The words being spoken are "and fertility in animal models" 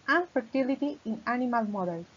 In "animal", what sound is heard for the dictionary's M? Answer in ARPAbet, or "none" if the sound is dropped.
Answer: M